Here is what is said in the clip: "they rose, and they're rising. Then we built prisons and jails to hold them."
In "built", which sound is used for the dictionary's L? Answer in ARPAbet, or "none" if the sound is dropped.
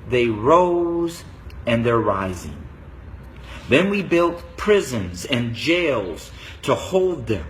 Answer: L